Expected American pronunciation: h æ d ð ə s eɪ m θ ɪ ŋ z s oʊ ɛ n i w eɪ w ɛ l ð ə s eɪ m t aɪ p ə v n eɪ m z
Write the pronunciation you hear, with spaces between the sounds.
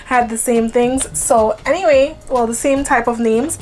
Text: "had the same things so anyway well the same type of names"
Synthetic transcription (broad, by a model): h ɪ d ð ə s eɪ m θ ɪ ŋ z s oʊ ɛ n i w eɪ w ɛ l ð ə s eɪ m t aɪ p ə v n eɪ m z